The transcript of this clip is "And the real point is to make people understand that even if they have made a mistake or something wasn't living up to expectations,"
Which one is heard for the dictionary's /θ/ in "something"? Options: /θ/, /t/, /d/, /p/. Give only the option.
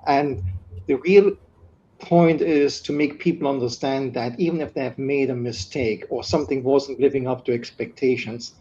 /θ/